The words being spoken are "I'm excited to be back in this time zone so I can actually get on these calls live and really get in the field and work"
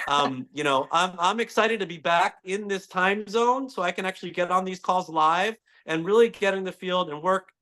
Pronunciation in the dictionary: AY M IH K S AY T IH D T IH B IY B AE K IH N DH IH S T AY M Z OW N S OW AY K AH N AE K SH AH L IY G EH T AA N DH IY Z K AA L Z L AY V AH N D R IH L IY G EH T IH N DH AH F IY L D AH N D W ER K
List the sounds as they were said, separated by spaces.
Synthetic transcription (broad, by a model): AY M IH K S AY T IH D T IH B IY B AE K IH N DH IH S T AY M Z OW N S OW AY K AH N AE K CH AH L IY G EH T N DH IY Z K AA L Z L AY V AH N R IH L IY G EH T IH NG DH AH F IY L D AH N W ER K